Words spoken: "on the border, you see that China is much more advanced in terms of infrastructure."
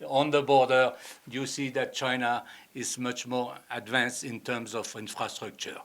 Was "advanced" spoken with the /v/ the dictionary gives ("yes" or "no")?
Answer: yes